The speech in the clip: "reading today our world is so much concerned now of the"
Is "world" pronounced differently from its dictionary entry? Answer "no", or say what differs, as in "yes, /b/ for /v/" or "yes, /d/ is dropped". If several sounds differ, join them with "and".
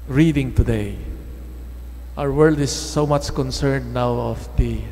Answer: no